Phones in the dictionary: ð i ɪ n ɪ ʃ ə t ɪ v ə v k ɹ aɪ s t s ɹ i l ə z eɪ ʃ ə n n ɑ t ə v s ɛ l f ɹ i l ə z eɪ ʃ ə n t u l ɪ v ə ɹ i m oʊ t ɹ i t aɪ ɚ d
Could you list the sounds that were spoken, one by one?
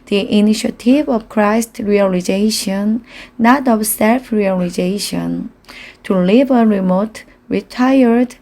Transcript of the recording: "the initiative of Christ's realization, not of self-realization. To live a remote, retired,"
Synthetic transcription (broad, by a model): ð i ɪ n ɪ ʃ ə t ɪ v ə v k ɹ aɪ s t ɹ i l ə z eɪ ʃ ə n n ɑ t ə v s ɛ l f ɹ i l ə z eɪ ʃ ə n t u l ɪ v ə ɹ i m oʊ t ɹ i t aɪ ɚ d